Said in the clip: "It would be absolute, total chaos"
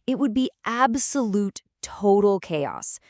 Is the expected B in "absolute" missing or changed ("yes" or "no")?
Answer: no